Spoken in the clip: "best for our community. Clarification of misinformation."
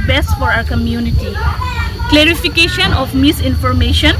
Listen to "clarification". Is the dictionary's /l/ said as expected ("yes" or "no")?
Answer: yes